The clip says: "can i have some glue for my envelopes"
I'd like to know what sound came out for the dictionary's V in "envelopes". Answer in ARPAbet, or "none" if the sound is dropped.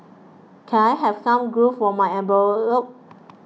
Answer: B